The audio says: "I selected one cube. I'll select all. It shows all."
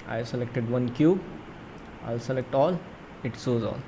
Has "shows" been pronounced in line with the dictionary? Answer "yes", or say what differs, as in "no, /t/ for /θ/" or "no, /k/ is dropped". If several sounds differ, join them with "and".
no, /s/ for /ʃ/